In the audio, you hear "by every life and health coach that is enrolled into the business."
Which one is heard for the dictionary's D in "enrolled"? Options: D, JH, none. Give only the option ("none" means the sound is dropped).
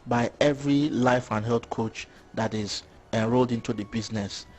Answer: D